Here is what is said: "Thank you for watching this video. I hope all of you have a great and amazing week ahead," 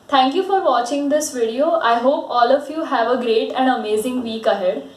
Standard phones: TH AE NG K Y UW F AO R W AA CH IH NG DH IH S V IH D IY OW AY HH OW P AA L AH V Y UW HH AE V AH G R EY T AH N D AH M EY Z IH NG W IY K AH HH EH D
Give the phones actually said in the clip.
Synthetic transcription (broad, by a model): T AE NG K Y UW F AO R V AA CH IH NG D IH S V IH D IY OW AY HH OW P AA L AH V Y UW HH AE V AH G R EY T AH N D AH M EY Z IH NG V IY K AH HH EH D